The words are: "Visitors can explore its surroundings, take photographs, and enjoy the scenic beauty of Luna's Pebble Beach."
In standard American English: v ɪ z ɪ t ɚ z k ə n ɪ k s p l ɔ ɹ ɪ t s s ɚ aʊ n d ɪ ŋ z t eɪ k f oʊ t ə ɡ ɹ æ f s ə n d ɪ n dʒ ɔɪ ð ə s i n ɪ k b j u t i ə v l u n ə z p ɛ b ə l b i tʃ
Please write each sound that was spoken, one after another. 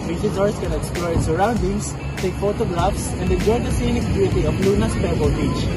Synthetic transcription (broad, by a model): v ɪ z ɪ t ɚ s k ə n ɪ k s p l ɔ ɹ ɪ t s s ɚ aʊ n d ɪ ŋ s t eɪ k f oʊ t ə ɡ ɹ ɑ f s ə n d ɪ dʒ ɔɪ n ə s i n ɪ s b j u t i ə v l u n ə s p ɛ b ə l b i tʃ